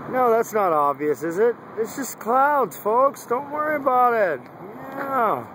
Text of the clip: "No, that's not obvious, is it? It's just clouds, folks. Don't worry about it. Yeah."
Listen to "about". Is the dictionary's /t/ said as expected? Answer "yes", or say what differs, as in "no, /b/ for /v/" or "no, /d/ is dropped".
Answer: yes